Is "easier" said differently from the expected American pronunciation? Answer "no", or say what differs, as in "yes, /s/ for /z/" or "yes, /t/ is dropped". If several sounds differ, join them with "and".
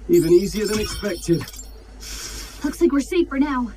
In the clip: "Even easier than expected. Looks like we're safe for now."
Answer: no